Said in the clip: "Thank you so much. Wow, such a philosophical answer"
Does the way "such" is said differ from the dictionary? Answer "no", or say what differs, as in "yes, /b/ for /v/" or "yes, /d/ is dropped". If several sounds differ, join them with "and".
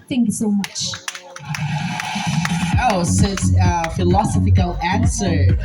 yes, /s/ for /tʃ/